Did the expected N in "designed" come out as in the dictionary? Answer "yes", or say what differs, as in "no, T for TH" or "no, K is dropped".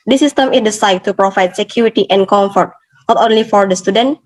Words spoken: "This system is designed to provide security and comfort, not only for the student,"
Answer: no, N is dropped